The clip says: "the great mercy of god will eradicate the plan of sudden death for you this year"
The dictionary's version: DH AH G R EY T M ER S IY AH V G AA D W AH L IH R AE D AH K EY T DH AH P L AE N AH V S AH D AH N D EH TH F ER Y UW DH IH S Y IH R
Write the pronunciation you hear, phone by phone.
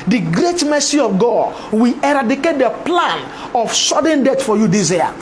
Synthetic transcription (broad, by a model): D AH G R EY T M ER S IY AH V G AA D W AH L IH R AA D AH K EY T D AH P L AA N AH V S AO D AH N D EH T F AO Y UW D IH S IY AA